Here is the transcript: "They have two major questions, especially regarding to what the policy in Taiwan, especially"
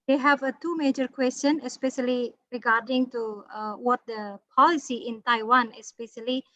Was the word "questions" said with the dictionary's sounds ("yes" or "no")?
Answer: no